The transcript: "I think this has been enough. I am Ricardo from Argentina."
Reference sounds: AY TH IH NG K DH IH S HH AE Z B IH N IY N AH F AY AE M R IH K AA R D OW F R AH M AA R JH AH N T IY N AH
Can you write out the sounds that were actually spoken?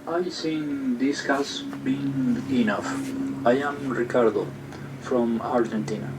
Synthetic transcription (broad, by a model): AY S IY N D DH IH S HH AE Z B IH N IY N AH F AY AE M R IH K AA R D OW F R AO M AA R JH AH N T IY N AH